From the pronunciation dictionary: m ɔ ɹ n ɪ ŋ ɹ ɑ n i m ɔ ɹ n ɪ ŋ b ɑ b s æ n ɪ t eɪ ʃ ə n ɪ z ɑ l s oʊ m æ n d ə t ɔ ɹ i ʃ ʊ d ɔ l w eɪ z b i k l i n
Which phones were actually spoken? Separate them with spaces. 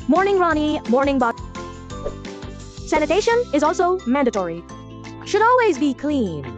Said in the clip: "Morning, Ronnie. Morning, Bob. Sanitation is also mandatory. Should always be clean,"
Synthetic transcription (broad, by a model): m ɔ ɹ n ɪ ŋ ɹ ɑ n i m ɔ ɹ n ɪ ŋ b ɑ s æ n ɪ t eɪ ʃ ə n ɪ z ɑ l s oʊ m æ n d ə t ɔ ɹ i ʃ ʊ d ɔ l w eɪ z b i k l i n